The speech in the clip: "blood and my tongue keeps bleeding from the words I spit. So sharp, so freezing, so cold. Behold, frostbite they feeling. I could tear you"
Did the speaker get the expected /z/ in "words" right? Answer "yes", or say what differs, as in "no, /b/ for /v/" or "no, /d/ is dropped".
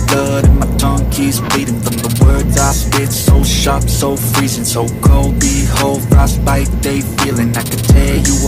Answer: yes